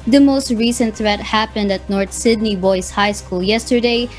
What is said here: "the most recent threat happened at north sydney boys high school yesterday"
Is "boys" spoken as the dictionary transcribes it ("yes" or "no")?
no